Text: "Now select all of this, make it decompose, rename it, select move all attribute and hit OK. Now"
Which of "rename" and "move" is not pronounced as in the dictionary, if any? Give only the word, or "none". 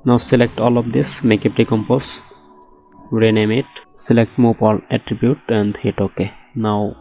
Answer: move